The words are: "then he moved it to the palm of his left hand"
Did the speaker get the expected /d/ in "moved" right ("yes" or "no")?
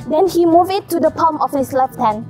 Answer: no